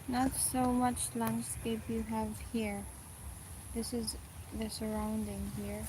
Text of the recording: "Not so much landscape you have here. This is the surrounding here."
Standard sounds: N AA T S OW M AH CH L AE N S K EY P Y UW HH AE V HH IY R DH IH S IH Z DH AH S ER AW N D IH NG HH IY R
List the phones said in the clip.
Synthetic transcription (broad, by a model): N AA T S OW M AH CH L AE N S K EY P Y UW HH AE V HH IY R DH IH S IH Z DH AH S ER AW N D IH NG HH IY R